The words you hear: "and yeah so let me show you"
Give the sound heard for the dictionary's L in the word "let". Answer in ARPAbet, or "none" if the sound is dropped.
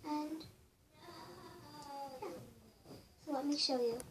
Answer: W